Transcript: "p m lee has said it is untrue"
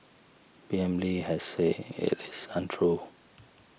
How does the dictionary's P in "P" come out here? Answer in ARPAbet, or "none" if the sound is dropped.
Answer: B